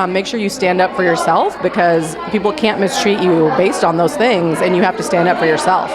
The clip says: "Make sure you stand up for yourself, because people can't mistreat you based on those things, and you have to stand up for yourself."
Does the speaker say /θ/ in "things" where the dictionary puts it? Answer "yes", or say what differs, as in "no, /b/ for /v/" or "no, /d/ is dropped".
yes